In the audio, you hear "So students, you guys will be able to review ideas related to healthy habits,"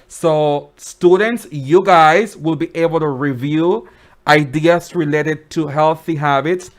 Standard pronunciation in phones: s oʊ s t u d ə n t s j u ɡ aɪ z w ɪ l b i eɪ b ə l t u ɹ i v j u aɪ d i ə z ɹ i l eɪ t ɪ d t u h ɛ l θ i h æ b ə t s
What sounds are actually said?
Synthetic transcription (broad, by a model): s oʊ s t u d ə n t s j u ɡ aɪ z w ɪ l b i eɪ b ə l t u ɹ i v j u aɪ d i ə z ɹ i l eɪ t ɪ d t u h ɛ l θ i h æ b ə t s